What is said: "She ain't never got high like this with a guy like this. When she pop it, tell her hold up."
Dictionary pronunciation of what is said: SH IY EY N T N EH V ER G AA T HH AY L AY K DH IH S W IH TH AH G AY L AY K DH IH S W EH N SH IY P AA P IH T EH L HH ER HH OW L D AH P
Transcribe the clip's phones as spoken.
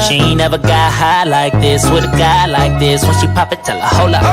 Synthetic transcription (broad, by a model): SH IY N N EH V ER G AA HH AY L AY K DH IH S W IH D AH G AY L AY K DH IH S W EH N SH IY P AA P IH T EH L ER HH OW L AH